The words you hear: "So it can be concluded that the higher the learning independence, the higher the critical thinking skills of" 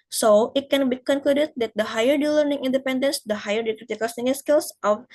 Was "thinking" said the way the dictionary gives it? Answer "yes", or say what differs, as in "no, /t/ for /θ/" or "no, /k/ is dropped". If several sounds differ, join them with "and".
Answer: no, /s/ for /θ/ and /k/ is dropped